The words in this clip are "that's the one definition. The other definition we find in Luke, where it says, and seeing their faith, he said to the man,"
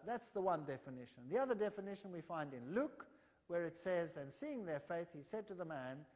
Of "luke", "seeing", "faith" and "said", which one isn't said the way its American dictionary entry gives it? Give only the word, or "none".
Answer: none